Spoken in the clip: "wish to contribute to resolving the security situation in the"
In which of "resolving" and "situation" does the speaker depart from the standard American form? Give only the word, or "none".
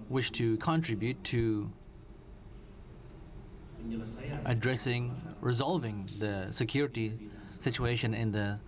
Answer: none